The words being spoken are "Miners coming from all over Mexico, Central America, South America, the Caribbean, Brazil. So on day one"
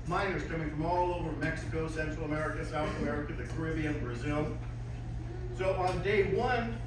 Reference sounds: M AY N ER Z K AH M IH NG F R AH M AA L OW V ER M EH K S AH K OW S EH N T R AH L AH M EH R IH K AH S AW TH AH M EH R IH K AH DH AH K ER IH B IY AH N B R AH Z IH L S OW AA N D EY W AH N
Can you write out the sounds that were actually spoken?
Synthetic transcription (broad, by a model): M AY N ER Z K AH M IH NG F R AH M AA L OW V ER M EH K S AH K OW S EH N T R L AH M EH R IH K AH S AW TH AH M EH R IH K AH DH AH K ER IH B IY AH N B R AH Z IH L S OW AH N D EY W AH N